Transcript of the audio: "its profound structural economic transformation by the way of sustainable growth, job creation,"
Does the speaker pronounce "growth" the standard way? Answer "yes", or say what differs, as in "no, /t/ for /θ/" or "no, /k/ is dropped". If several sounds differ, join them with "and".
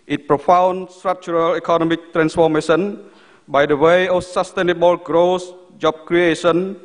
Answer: no, /s/ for /θ/